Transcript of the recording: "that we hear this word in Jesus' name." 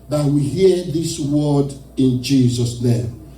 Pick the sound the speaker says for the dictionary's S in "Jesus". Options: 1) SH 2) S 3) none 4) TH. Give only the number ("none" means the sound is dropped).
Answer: 2